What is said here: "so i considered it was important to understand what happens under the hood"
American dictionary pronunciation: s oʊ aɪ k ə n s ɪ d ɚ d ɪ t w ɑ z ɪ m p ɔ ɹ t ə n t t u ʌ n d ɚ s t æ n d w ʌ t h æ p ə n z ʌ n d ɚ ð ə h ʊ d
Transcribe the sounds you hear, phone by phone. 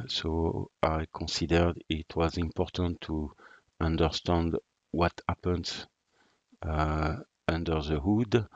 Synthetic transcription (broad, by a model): s oʊ aɪ k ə n s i d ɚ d ɪ t w ɑ z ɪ m p ɔ ɹ t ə n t t u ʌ n d ɚ s t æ n d w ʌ t h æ p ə n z ʌ n d ɚ ð ə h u d